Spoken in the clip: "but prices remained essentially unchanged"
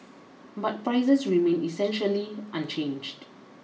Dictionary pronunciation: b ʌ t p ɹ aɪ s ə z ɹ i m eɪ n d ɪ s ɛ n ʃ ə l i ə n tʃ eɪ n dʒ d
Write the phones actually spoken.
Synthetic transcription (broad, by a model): b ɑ t p ɹ aɪ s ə s ɹ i m eɪ n ɪ s ɛ n ʃ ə l i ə n tʃ eɪ n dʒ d